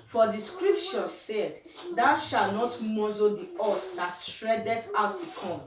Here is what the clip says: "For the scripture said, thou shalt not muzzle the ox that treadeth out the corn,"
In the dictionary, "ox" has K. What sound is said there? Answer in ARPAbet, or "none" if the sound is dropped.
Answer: none